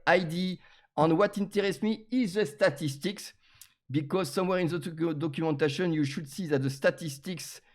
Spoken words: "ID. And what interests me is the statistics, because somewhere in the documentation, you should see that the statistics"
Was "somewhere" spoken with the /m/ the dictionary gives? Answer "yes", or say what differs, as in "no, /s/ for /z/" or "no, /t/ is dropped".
yes